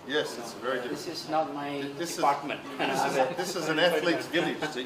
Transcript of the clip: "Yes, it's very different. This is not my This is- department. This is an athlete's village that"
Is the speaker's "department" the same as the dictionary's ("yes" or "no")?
no